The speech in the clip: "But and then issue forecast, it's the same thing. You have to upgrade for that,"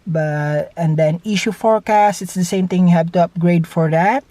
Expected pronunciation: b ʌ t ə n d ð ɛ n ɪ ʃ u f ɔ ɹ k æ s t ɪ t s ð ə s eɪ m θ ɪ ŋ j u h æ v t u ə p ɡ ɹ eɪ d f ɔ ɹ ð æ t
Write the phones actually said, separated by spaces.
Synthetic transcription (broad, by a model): b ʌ t ə n d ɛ n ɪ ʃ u f ɔ ɹ k æ s t ɪ t s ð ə s eɪ m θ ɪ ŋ j u h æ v t u ə p ɡ ɹ eɪ d f ɔ ɹ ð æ t